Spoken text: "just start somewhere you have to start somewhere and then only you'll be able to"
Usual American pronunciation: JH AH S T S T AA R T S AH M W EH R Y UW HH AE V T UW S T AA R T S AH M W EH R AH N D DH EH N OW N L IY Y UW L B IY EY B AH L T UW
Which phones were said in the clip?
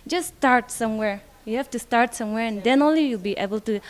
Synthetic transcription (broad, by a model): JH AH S S T AA R T S AH M W EH R Y UW HH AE F T UW S T AA R T S AH M W EH R AH N D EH N OW N L IY Y UW L B IY EY B AH L T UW